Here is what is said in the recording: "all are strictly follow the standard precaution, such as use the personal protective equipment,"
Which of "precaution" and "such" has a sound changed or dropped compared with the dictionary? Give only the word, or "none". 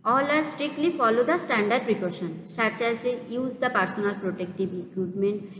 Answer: such